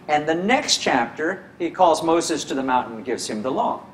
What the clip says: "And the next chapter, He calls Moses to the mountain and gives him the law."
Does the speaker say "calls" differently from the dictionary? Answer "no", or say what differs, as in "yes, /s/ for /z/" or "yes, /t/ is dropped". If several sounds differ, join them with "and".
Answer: no